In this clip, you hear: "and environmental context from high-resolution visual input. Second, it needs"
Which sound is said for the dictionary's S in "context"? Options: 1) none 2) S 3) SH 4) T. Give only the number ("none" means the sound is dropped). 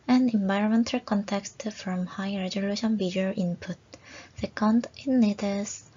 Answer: 2